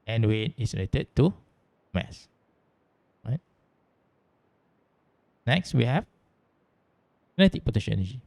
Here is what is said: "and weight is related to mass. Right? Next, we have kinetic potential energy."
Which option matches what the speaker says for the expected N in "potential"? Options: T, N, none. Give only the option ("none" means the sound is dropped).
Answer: none